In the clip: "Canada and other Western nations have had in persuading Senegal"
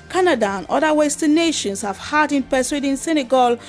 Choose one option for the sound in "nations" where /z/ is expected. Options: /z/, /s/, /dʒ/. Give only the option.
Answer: /s/